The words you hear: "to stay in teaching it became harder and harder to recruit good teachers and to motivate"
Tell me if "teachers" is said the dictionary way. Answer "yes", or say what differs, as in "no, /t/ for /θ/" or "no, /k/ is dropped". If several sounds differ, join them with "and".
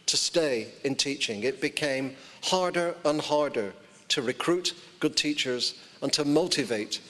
yes